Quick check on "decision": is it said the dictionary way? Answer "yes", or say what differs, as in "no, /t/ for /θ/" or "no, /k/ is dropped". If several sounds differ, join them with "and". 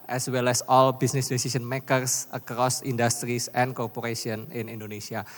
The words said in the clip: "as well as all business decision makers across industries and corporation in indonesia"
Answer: no, /s/ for /ʒ/